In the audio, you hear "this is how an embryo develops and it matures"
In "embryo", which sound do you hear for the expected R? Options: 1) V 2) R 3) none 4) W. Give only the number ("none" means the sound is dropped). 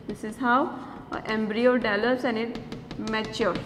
2